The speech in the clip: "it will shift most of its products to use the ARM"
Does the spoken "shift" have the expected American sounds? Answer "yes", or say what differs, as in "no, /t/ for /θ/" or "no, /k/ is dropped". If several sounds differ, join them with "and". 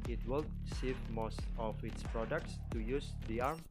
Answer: no, /s/ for /ʃ/